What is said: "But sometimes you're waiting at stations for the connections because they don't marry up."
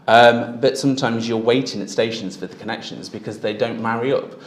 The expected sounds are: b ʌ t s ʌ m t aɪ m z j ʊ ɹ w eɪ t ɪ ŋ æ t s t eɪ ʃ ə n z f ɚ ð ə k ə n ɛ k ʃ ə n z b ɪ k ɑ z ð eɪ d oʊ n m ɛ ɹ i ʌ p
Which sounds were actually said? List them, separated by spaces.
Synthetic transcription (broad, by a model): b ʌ t s ʌ m t aɪ m z j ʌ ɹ w eɪ t ɪ ŋ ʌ t s t eɪ ʃ ə n z f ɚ ð ə k ə n ɛ k ʃ ə n z b ɪ k ɑ z ð eɪ d oʊ n m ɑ ɹ i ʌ p